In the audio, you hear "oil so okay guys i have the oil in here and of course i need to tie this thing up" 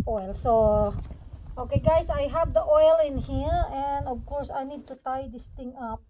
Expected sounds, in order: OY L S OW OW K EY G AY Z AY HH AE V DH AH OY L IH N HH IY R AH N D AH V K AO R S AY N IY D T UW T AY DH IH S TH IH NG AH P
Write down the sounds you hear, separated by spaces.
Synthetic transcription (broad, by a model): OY L S OW OW K EY G AY S AY HH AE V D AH OY L IH N HH IY R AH N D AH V K AO R S AY N IY D T UW T AY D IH S T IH NG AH P